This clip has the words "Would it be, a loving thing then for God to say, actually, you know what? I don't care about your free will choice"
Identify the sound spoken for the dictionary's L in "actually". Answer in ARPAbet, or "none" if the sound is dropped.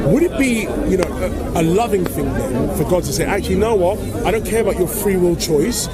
none